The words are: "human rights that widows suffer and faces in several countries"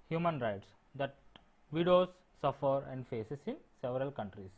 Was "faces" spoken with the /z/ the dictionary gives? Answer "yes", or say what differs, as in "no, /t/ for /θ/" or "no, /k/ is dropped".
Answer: no, /s/ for /z/